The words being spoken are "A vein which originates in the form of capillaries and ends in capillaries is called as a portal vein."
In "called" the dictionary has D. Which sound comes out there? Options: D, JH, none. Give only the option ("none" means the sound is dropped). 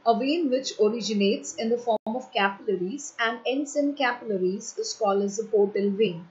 none